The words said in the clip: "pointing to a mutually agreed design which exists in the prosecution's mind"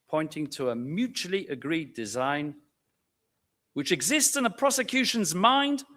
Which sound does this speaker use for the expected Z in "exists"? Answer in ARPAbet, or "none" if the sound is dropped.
Z